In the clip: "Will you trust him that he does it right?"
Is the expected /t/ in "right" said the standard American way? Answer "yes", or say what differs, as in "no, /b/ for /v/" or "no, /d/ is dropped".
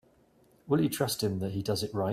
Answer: no, /t/ is dropped